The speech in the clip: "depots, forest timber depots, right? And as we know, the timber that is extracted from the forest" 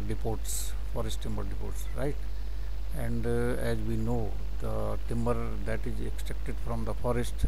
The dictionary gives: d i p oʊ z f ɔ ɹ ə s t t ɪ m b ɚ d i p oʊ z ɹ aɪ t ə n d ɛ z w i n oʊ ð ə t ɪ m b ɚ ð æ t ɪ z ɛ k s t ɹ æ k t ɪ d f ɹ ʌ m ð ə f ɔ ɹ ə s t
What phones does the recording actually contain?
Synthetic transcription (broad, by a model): d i p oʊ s f ɔ ɹ ə s t t ɪ m b ɚ d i p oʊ s ɹ aɪ t ə n d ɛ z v i n oʊ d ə t ɪ m b ɚ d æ t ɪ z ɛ k s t ɛ k t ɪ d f ɹ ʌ m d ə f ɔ ɹ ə s t